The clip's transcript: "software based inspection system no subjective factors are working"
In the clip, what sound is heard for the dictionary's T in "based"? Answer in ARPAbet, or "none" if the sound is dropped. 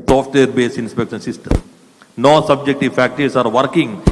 none